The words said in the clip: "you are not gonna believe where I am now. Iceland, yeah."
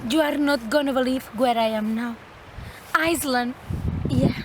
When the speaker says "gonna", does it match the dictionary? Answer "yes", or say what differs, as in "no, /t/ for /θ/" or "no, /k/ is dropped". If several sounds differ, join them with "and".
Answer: yes